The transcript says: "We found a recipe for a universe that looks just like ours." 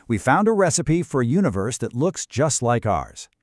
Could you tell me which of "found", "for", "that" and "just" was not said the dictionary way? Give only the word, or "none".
none